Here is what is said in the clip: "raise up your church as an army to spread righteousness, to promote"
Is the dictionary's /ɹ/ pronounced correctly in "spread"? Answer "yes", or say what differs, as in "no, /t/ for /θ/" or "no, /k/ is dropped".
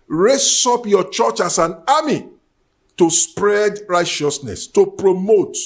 yes